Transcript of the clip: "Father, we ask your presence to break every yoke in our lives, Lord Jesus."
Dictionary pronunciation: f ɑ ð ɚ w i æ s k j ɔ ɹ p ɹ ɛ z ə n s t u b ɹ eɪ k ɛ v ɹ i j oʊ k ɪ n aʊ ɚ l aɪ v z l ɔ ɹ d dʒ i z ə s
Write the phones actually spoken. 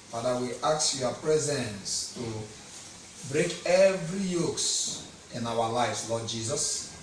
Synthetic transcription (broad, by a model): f ɑ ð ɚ w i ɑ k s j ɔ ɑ p ɹ ɛ z ə n s t u b ɹ eɪ k ɛ v ɹ i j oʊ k ɪ n aʊ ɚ l aɪ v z l ɔ d dʒ i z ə s